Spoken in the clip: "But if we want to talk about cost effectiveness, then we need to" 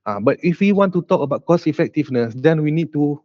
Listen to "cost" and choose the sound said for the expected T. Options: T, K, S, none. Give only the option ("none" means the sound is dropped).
none